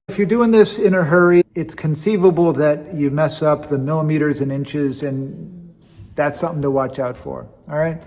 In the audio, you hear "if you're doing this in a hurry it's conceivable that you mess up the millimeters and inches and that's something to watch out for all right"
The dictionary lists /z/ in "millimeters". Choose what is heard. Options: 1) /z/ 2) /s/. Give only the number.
1